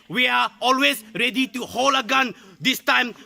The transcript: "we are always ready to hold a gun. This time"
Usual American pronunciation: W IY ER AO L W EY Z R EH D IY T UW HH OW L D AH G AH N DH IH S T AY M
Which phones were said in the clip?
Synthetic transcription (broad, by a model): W IY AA AO L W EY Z R EH D IY T UW HH OW L AH G AH N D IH S T AY M